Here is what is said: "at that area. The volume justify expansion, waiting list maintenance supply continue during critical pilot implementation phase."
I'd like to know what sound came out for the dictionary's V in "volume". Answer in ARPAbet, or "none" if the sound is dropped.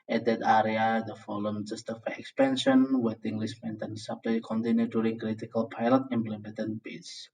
F